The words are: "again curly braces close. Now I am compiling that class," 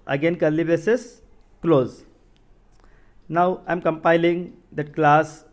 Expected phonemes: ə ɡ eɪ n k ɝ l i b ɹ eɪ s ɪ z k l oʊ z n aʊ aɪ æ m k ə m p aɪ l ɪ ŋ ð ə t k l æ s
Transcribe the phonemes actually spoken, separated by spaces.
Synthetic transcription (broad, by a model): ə ɡ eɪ n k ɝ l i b eɪ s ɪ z k l oʊ z n aʊ aɪ m k ə m p aɪ l ɪ ŋ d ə t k l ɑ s